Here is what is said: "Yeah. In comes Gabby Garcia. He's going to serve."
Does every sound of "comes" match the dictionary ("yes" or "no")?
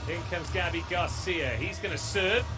yes